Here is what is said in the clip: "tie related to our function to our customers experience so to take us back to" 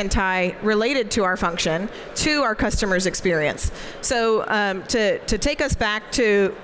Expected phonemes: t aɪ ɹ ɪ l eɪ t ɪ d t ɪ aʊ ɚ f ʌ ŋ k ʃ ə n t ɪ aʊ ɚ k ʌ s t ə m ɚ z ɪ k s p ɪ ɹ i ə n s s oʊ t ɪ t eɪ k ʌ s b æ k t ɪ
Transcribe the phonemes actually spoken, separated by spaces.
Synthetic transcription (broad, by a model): t aɪ ɹ ɪ l eɪ t ɪ d t ɪ aʊ ɚ f ʌ ŋ k ʃ ə n t ɪ aʊ ɚ k ʌ s t ə m ɚ z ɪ k s p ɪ ɹ i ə n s s oʊ t ɪ t eɪ k ʌ s b æ k t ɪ